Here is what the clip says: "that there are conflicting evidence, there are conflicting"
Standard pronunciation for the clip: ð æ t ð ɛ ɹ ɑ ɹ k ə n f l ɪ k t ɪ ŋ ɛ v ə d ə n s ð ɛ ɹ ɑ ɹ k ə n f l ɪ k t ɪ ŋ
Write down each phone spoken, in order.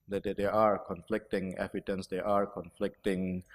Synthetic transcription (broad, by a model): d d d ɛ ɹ ɑ ɹ k ə n f l ɪ k t ɪ ŋ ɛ p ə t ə n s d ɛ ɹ ɑ ɹ k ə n f l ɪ k t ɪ ŋ